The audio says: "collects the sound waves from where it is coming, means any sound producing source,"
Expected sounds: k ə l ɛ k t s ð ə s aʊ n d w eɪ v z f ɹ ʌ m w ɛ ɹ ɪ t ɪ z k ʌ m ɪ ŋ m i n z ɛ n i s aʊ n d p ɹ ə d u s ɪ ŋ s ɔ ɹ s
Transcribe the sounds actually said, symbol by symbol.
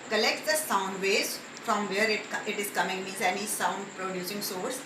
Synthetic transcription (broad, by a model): k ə l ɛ k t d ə s aʊ n d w eɪ z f ɹ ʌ m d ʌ ɹ ɪ t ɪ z k ʌ m ɪ ŋ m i z ɛ n i s aʊ n d p ɹ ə d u s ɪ ŋ s ɔ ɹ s